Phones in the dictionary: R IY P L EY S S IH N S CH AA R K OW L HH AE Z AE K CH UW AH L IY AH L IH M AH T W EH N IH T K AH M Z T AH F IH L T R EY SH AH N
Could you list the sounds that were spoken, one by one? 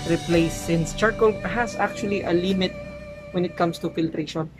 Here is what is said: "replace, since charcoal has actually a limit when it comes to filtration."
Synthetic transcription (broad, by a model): R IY P L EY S S IH N S CH AA R K OW L HH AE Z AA K CH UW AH L IY AH L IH M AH T W EH N IH T K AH M S T AH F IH L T R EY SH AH N